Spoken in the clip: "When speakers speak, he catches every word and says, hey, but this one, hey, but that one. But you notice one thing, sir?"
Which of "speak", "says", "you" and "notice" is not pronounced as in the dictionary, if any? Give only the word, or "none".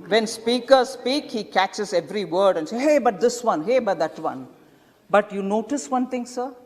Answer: says